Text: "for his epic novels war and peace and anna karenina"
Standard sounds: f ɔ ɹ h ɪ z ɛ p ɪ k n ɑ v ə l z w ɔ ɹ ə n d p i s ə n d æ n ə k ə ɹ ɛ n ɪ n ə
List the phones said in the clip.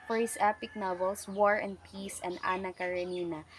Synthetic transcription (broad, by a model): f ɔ ɹ h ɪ s ɛ p ɪ k n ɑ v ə l s w ɔ ɹ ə n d p i s ə n d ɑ n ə k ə ɹ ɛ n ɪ n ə